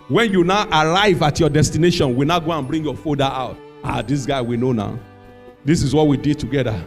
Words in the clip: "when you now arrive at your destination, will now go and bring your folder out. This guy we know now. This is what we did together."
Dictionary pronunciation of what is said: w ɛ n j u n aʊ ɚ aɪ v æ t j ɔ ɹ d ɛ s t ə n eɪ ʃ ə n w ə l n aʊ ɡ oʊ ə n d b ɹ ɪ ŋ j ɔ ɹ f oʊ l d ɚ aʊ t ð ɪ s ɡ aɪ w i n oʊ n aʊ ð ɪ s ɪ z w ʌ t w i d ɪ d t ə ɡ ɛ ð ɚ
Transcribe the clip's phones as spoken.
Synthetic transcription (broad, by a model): w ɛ n j u n aʊ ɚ aɪ v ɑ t j ɔ d ɛ s t ə n eɪ ʃ ə n w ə n aʊ ɡ oʊ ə n b ɹ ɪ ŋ j ɔ f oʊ d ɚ aʊ t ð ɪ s ɡ aɪ w i n oʊ n aʊ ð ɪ s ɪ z w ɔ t w i d ɪ d t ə ɡ ɛ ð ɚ